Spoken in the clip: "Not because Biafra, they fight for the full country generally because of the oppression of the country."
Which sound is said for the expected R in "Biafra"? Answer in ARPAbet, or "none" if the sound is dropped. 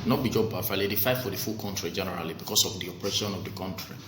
L